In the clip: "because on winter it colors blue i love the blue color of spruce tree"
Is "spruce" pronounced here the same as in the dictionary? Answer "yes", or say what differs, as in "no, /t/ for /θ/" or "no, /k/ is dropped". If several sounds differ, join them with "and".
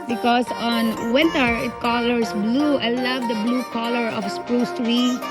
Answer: yes